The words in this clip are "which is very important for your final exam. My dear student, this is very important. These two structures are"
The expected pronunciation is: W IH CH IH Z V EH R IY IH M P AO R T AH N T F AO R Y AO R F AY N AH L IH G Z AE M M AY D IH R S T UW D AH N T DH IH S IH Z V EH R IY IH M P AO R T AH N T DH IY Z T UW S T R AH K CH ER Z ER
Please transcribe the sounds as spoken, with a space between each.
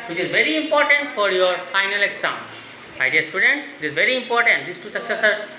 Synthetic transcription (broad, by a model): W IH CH IH Z V EH R IY IH M P AO R T AH N T F AO R Y AO R F AY N AH L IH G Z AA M M AY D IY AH S T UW D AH N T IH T IH Z V EH R IY IH M P AO R T AH N T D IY S T UW S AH K S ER S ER